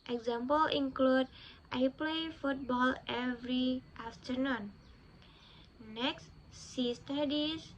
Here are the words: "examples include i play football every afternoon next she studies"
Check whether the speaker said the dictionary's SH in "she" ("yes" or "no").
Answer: no